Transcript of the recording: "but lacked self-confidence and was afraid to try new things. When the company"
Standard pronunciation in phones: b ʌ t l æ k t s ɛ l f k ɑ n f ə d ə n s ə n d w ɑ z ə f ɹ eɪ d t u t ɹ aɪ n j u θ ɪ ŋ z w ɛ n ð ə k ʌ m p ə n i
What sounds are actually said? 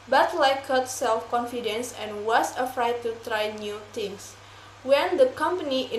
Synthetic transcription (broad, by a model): b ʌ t l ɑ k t s ɛ l f k ɑ n f ə d ə n s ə n w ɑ s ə f ɹ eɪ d t u t ɹ aɪ n j u t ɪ ŋ s w ɛ n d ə k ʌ m p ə n i